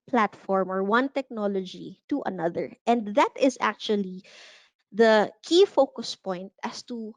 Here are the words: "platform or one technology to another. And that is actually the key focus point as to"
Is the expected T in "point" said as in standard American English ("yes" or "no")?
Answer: yes